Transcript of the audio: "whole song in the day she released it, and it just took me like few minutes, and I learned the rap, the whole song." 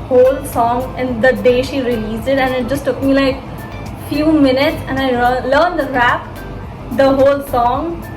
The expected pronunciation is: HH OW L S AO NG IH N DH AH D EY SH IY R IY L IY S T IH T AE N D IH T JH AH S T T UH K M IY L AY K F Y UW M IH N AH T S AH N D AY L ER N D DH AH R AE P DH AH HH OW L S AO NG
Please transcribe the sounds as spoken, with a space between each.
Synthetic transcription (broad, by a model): HH OW L S AO NG IH N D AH D EY SH IY R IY L IY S IH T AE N IH T JH AH S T T UH K M IY L AY K F Y UW M IH N AH T S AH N AY L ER N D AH R AE P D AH HH OW L S AO NG